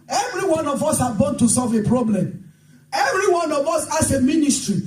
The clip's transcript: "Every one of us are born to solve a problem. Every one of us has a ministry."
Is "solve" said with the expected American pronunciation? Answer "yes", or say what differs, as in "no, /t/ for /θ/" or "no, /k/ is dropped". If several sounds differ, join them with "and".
yes